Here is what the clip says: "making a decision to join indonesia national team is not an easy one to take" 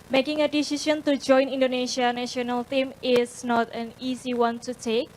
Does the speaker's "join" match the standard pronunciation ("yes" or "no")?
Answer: yes